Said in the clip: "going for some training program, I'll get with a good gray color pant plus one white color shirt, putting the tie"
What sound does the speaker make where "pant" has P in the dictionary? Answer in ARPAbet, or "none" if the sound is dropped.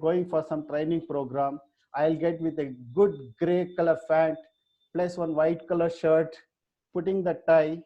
F